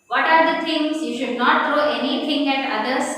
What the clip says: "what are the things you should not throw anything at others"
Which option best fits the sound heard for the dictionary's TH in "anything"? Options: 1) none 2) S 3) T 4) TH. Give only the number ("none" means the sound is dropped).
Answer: 3